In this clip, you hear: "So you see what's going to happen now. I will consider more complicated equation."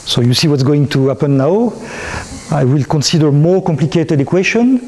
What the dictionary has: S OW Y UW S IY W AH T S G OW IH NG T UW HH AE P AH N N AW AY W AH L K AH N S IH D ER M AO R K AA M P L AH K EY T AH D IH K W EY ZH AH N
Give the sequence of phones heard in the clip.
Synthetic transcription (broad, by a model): S OW Y UW S IY W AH T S G OW IH NG T UW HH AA P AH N N AW AY W AH L K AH N S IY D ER M AO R K AA M P L AH K EY T AH D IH K W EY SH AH N